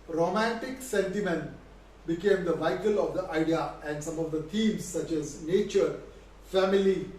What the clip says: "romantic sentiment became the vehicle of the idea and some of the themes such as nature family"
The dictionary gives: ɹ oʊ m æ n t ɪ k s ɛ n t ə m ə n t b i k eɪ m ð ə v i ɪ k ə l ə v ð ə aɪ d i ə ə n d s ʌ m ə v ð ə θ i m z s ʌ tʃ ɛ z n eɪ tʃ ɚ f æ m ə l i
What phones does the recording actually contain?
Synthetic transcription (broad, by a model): ɹ oʊ m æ n t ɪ k s ɛ n t ə m ə n t b i k eɪ m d ə v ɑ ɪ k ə l ə v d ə aɪ d i ə ə n d s ʌ m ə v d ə t i m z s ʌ tʃ ɛ z n eɪ tʃ ɚ f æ m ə l i